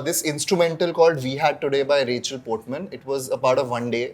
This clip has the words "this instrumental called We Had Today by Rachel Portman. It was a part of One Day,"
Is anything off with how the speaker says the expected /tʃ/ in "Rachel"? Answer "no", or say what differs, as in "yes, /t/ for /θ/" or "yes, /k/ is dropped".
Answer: no